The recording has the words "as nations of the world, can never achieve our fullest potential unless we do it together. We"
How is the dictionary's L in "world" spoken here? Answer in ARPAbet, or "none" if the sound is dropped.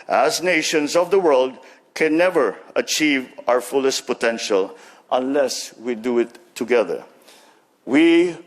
L